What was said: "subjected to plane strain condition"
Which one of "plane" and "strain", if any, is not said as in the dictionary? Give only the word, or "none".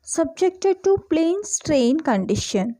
none